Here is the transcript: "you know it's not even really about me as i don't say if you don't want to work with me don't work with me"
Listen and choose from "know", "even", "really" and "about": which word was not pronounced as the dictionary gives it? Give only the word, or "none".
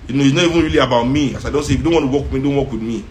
none